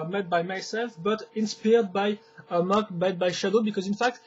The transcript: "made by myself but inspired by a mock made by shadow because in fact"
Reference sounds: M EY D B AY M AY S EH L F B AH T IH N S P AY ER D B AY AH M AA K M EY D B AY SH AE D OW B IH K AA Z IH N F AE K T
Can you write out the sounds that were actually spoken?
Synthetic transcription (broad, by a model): M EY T B AY M AY S EH L F B AH T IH N S P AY D B AY AH M AA K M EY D B AY SH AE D OW B IH K AA Z IH N F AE K T